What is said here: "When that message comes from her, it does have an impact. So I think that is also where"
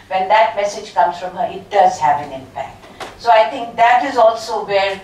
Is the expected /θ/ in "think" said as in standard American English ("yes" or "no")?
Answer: no